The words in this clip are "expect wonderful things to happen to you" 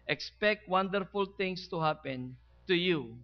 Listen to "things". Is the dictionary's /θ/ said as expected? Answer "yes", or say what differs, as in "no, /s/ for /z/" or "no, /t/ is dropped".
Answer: no, /t/ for /θ/